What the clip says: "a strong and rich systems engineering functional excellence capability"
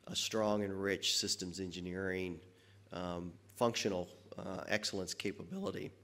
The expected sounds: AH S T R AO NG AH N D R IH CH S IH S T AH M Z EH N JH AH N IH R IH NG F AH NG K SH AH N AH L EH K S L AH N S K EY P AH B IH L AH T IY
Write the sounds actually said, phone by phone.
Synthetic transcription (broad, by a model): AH S T R AO NG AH N R IH CH S IH S T AH M Z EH N JH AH N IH R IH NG F AH NG K SH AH N L EH K S L AH N S K EY P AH B IH L AH T IY